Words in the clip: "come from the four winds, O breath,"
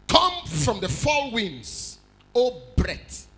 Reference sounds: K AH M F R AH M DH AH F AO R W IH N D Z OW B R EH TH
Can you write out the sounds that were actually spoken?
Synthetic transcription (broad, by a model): K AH M F R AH M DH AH F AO L W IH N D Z OW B R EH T